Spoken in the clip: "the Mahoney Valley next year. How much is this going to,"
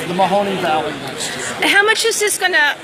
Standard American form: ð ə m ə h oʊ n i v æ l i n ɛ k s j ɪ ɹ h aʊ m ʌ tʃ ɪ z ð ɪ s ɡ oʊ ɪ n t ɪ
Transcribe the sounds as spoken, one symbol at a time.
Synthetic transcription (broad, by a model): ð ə m ə h oʊ n i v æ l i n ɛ s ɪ h aʊ m ʌ tʃ ɪ z ð ɪ s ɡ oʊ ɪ n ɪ